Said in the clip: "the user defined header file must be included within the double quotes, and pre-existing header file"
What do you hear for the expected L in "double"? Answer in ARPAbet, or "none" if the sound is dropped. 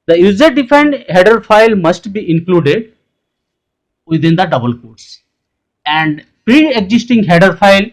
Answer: L